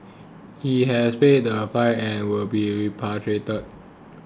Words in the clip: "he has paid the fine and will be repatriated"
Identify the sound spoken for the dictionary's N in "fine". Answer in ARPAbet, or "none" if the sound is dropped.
none